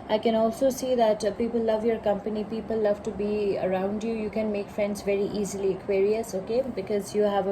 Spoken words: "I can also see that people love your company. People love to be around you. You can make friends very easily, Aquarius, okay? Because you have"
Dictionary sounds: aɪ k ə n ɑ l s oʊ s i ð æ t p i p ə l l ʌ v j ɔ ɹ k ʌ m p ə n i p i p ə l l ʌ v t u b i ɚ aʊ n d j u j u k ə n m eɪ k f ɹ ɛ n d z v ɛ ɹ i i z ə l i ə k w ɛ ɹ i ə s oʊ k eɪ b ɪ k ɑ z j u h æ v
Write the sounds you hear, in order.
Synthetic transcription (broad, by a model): aɪ k ə n ɑ l s oʊ s i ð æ t p i p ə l l ʌ v j ɔ ɹ k ʌ m p ə n i p i p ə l l ʌ v t u b i ɚ aʊ n d j u j u k ə n m eɪ k f ɹ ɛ n d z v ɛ ɹ i i z ə l i ə k w ɛ ɹ i ə s oʊ k eɪ b ɪ k ɑ z j u h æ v